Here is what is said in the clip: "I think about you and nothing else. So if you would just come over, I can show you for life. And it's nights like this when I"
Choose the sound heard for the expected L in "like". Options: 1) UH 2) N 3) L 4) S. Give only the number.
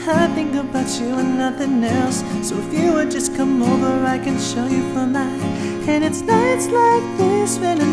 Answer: 3